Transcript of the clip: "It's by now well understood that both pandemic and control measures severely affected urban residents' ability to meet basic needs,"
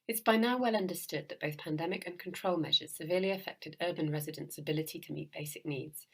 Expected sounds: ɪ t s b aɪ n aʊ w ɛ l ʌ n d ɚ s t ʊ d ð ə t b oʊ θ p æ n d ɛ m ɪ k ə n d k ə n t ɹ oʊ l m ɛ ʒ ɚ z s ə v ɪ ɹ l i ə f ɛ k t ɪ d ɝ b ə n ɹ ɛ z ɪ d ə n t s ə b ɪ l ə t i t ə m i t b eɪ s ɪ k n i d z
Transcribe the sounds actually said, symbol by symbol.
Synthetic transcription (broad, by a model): ɪ t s b aɪ n aʊ w ɛ l ʌ n d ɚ s t ʊ d ð ə t b oʊ θ p æ n d ɛ m ɪ k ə n k ə n t ɹ oʊ l m ɛ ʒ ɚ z s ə v ɪ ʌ l i ə f ɛ k t ɪ d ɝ b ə n ɹ ɛ z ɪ d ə n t s ə b ɪ l ə t i t ə m i t b eɪ s ɪ k n i d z